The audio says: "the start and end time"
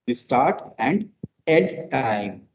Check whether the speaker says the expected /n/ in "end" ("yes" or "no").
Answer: no